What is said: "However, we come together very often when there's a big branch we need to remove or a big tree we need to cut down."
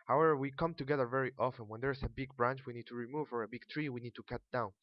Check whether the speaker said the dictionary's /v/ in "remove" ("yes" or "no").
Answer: yes